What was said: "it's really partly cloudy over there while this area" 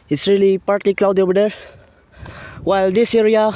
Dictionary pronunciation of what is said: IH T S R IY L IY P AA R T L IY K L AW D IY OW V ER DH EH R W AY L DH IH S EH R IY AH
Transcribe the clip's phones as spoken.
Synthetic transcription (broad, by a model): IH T S R IY L IY P AA R T L IY K L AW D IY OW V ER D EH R W AY L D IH S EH R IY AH